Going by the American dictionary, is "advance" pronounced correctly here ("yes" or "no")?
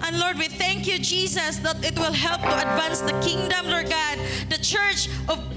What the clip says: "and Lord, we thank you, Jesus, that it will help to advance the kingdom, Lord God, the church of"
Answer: yes